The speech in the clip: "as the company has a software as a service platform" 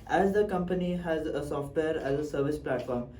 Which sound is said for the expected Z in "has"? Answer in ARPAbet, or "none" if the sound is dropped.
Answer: Z